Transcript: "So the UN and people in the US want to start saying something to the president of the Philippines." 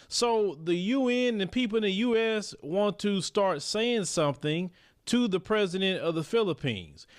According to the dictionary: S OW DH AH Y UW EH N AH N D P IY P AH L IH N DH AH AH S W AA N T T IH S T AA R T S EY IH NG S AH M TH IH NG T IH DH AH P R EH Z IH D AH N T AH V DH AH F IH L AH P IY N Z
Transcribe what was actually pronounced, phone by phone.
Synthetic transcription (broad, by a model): S OW DH AH Y UW EH N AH N P IY P L IH N DH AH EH S W AA N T T IH S T AA R T S EY IH NG S AH M TH IH NG T IH DH AH P R EH Z IH D AH N T AH V DH AH F IH L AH P IY N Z